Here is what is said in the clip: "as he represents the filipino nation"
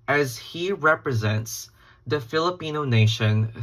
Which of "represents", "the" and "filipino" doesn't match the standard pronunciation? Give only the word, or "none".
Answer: none